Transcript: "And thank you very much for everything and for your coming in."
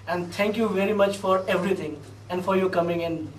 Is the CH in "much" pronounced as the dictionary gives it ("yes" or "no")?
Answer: yes